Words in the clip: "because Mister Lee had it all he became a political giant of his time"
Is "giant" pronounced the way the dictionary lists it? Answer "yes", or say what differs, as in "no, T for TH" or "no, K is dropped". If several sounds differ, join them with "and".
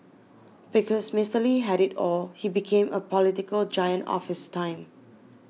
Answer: yes